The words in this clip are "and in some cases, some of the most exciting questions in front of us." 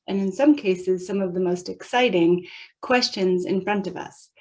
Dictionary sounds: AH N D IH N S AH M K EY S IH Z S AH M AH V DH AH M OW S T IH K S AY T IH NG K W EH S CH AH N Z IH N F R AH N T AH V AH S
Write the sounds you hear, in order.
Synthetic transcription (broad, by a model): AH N IH N S AH M K EY S IH Z S AH M AH V DH AH M OW S T IH K S AY T IH NG K W EH S CH AH N Z IH N F R AH N T AH V AH S